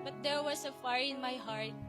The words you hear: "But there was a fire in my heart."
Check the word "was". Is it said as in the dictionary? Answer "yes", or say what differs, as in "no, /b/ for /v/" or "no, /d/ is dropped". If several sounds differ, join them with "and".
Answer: no, /s/ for /z/